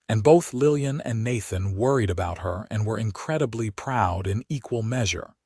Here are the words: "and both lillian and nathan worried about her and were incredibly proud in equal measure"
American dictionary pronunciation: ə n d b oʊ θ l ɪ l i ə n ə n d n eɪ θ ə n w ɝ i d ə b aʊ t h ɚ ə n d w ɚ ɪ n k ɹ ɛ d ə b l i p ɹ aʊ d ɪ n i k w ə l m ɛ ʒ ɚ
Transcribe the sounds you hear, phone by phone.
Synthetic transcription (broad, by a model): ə n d b oʊ θ l ɪ l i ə n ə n n eɪ θ ə n w ɝ i d ə b aʊ t h ɚ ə n w ɚ ɪ n k ɹ ɛ d ə b l i p ɹ aʊ d ɪ n i k w ə l m ɛ ʒ ɚ